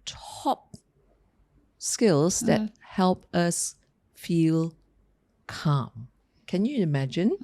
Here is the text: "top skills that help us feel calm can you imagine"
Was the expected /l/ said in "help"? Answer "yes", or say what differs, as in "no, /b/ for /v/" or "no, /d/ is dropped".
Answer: yes